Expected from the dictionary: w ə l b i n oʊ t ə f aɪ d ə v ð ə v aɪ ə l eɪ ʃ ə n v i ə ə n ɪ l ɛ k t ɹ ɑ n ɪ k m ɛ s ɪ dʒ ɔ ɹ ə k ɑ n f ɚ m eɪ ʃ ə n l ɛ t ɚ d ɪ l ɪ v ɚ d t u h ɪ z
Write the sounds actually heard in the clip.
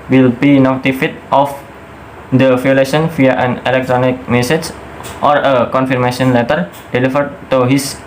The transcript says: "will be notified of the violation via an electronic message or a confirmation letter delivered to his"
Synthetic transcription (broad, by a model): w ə l b i n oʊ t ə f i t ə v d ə f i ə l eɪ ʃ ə n f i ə ə n ɪ l ɛ k t ɹ ɑ n ɪ k m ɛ s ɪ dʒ ɔ ɹ ə k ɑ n f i m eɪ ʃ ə n l ɛ t ɚ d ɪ l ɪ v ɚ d t u h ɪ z